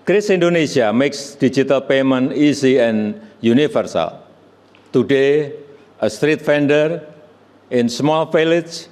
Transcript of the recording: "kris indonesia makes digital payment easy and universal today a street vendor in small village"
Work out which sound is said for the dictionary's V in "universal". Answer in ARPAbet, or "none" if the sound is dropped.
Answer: F